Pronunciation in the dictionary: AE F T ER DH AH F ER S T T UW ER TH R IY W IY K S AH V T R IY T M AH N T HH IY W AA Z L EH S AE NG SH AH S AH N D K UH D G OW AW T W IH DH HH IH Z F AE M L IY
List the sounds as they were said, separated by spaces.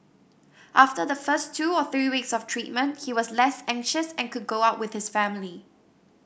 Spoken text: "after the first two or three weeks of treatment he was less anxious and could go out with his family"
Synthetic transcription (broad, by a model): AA F T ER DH AH F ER S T T UW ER TH R IY W IY K S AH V T R IY T M AH N T HH IY W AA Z L EH S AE NG SH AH S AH N K UH D G OW AW T W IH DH HH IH S F AE M L IY